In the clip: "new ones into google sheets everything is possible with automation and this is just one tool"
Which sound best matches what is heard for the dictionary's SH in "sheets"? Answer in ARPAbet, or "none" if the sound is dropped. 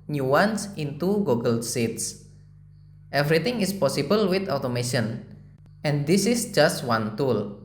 S